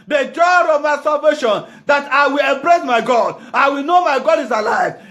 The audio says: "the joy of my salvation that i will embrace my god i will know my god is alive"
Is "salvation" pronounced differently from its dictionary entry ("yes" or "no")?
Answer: no